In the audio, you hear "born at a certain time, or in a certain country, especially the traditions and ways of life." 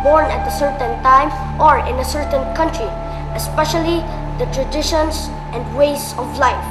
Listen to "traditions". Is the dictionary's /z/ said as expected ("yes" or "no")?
no